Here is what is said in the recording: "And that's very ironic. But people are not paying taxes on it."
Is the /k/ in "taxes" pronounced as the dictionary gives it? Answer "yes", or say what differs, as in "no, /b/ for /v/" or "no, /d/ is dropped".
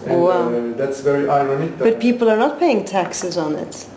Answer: yes